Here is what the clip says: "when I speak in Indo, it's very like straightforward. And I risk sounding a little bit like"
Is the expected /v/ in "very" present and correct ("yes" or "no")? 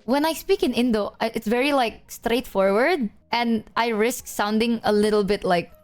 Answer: yes